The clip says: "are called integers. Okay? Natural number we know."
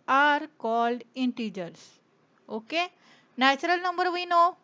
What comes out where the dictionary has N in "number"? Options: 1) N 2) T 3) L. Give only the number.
1